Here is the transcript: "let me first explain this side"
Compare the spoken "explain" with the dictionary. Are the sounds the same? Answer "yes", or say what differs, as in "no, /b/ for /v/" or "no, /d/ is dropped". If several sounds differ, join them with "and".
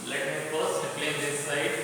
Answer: no, /k/ is dropped